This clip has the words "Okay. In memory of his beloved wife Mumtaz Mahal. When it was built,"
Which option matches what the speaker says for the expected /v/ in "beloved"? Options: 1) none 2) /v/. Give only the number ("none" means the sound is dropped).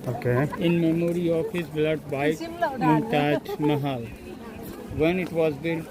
1